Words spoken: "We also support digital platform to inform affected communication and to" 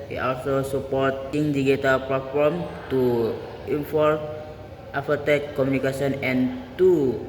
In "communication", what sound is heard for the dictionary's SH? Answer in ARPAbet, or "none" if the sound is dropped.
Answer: S